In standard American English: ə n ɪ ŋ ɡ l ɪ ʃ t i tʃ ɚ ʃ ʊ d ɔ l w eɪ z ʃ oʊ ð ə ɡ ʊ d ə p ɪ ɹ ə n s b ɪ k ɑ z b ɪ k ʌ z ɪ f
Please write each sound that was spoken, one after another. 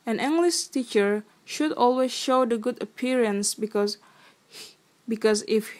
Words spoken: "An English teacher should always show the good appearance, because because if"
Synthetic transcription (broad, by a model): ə n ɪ ŋ ɡ l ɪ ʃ t i tʃ ɚ ʃ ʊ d ɔ l w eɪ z ʃ oʊ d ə ɡ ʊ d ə p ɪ ɹ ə n s b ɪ k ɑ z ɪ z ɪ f